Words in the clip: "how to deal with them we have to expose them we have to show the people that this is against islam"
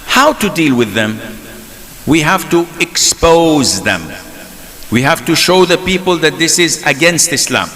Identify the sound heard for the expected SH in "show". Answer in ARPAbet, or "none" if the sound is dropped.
SH